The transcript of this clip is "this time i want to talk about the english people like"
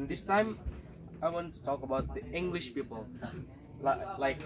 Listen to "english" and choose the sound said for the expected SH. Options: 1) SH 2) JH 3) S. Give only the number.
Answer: 1